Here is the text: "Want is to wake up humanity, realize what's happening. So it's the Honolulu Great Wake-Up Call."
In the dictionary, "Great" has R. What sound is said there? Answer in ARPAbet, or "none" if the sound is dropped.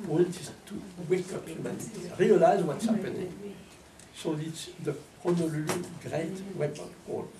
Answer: R